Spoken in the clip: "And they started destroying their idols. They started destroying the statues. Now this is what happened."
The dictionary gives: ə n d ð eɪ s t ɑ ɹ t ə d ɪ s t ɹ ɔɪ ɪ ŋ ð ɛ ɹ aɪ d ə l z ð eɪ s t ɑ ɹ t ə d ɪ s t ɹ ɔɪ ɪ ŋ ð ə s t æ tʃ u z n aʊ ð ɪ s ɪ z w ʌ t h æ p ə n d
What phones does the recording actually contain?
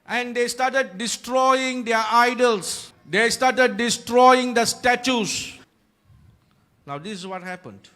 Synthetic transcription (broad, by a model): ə n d eɪ s t ɑ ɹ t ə d ɪ s t ɹ ɔɪ ɪ ŋ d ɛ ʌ aɪ d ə l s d eɪ s t ɑ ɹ t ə d ɪ s t ɹ ɔɪ ɪ ŋ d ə s t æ tʃ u s n aʊ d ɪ s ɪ s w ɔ t h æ p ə n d